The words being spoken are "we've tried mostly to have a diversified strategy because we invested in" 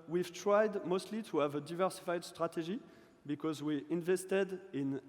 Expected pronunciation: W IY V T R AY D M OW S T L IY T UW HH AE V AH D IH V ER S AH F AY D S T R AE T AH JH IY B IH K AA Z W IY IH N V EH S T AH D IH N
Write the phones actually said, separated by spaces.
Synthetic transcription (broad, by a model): W IY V T R AY D M OW S T L IY T UW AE V AH D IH V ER S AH F AY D S T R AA T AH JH IY B IH K AA Z W IY IH N V EH S T AH D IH N